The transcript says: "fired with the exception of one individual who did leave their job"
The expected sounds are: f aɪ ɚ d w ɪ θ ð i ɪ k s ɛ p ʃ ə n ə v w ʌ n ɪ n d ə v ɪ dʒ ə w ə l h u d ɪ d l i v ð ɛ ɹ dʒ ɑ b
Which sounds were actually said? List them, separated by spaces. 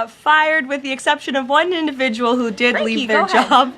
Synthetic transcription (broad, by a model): f aɪ ɚ d w ɪ ð i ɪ k s ɛ p ʃ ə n ə v w ʌ n ɪ n d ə v ɪ dʒ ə w l h u d ɪ d l i v ð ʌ ɹ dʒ ɑ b